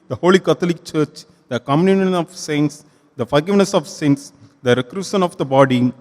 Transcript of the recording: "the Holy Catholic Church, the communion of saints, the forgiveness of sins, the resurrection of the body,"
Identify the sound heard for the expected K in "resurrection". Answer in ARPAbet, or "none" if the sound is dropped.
none